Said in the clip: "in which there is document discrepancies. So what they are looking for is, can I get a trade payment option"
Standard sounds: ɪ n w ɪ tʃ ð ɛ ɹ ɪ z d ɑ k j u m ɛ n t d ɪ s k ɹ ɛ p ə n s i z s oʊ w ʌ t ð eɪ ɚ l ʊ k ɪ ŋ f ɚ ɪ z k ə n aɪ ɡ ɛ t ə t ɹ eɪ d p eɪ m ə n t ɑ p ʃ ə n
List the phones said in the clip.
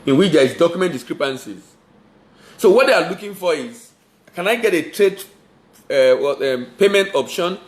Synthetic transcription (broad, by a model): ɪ n w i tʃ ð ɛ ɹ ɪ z d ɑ k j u m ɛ n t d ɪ s k ɹ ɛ p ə n s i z s oʊ w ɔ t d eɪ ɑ l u k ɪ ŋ f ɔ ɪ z k ə n aɪ ɡ ɛ t ə t ɹ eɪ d p eɪ m ə n t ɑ p ʃ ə n